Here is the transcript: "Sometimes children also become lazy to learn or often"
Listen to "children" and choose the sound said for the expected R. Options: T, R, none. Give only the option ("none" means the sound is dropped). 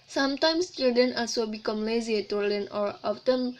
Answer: none